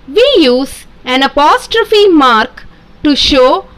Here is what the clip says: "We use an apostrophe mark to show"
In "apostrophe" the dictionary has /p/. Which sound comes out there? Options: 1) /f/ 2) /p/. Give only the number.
2